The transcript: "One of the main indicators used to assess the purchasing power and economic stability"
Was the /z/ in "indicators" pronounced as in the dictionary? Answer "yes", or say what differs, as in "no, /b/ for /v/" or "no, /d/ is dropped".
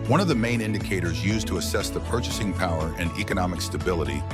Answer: yes